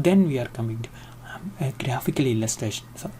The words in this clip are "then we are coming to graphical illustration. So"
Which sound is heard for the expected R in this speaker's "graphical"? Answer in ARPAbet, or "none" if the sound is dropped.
R